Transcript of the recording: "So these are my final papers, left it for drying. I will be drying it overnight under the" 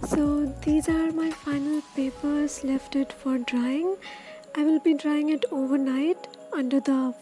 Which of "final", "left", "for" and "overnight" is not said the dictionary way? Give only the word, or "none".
none